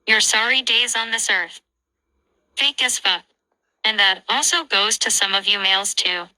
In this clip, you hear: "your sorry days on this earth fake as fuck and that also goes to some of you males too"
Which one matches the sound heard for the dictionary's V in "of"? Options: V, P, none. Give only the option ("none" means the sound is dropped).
V